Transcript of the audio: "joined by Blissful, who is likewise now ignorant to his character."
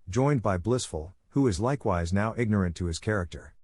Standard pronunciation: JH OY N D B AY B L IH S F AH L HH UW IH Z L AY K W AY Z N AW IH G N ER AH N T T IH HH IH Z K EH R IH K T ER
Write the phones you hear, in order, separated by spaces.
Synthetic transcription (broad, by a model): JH OY N B AY B L IH S F AH L HH UW IH Z L AY K W AY Z N AW IH G N ER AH N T T IH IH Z K EH R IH K T ER